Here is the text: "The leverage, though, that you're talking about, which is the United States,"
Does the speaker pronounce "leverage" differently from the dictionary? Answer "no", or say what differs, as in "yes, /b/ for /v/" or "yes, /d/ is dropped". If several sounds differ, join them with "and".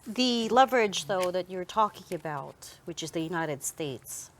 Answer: no